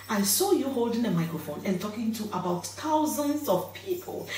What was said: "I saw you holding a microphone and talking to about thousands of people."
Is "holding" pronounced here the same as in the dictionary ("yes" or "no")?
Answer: yes